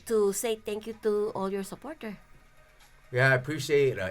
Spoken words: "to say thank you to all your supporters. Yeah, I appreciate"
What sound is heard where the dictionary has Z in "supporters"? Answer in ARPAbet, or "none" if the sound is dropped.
none